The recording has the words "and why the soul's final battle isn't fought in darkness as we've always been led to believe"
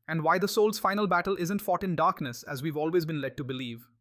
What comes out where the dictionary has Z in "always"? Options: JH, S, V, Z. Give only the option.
Z